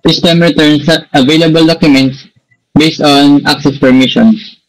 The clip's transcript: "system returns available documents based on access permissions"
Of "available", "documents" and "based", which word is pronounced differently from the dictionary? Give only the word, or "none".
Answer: none